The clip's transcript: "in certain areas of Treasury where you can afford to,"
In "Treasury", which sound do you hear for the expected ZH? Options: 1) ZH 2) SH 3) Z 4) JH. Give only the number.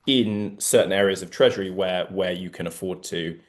1